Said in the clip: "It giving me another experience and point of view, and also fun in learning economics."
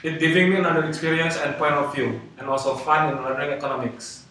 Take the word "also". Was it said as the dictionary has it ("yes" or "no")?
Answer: no